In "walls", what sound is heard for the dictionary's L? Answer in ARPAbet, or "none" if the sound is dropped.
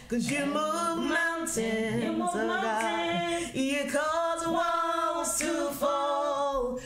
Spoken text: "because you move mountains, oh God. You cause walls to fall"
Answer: W